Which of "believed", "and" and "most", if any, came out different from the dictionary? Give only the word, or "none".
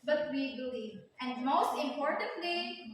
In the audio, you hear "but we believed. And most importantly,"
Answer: believed